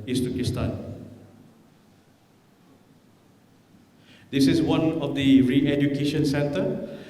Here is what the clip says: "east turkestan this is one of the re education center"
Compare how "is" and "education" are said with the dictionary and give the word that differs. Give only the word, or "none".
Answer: is